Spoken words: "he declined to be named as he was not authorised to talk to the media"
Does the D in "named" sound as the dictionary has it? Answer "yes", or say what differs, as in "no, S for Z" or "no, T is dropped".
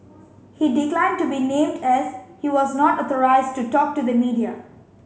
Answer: yes